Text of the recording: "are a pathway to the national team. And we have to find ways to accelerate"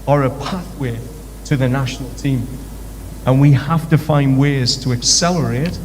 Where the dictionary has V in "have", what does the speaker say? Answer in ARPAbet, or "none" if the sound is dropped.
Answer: F